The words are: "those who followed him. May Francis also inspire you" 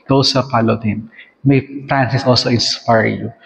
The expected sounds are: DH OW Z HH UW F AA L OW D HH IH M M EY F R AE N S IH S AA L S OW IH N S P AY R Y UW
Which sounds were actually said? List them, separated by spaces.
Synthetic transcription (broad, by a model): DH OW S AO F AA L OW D HH IH M M EY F R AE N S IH S AA L S OW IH N S P AY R Y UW